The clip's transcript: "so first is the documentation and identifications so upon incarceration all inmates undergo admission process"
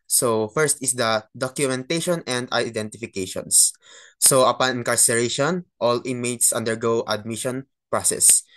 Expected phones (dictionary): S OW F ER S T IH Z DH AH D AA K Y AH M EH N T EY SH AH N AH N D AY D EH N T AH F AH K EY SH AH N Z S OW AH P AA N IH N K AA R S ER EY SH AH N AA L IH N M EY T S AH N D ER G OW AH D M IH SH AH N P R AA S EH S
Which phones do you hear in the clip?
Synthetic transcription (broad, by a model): S OW F ER S T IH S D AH D AA K Y AH M EH N T EY SH AH N AH N D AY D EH N T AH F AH K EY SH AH N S S OW AH P AA N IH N K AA R S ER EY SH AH N AA L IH M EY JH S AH N D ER G OW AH D M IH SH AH N P R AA S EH S